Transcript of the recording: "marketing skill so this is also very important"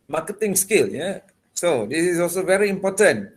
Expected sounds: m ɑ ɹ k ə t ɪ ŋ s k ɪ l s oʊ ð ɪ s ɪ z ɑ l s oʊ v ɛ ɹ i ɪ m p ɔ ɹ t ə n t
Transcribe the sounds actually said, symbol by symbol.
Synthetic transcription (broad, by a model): m ɑ k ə t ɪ ŋ s k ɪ l s oʊ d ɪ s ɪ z ɑ l s oʊ v ɛ ɹ i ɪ m p ɔ t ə n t